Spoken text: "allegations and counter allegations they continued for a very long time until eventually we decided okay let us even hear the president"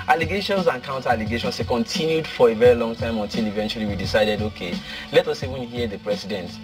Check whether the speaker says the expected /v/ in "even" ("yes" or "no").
no